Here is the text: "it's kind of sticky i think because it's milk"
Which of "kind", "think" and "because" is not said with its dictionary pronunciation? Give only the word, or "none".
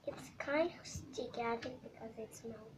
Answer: think